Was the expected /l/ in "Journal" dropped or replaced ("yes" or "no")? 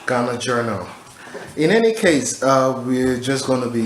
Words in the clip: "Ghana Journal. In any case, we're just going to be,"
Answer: no